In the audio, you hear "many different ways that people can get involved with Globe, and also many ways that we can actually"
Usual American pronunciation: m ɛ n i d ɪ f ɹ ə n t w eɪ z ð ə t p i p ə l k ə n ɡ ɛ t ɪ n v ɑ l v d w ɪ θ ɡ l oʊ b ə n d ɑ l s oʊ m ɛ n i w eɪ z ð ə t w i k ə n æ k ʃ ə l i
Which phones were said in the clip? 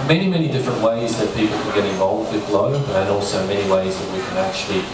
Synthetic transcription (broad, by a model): m ɛ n i d ɪ f ɹ ə n t w eɪ z ð ə t p i p l k ə n ɡ ɛ t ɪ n v ɑ l v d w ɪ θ l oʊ ə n ɑ l s oʊ m ɛ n i w eɪ z ð ə t w i k ə n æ k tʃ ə l i